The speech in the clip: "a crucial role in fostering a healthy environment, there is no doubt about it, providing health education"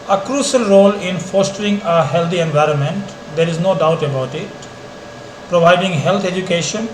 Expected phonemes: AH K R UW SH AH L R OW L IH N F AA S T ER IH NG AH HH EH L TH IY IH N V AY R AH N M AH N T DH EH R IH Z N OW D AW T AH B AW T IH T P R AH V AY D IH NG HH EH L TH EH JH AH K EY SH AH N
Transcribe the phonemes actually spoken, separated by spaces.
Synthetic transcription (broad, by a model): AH K R UW SH AH L R OW L IH N F AA S T ER IH NG AH HH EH L T IY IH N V AY R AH N M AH N T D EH R IH Z N OW D AW T AH B AW T IH T P R AH V AY D IH NG HH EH L T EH JH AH K EY SH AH N